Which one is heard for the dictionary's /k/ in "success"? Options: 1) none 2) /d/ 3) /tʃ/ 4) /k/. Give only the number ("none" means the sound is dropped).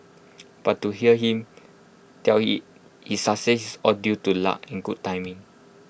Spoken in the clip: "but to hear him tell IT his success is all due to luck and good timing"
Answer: 1